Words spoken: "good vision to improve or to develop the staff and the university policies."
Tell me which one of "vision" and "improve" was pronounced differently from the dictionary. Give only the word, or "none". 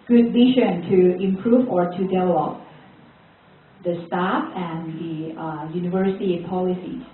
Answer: vision